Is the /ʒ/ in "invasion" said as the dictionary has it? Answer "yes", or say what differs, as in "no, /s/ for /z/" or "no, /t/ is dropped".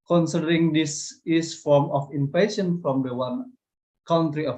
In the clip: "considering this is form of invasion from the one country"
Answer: no, /s/ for /ʒ/